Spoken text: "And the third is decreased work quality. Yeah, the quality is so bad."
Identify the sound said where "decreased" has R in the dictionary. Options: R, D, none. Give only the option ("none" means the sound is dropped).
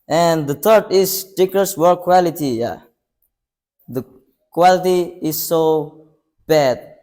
none